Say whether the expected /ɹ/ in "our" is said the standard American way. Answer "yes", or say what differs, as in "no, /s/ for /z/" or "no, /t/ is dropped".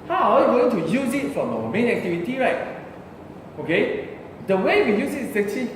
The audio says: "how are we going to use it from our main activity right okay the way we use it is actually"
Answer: no, /w/ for /ɹ/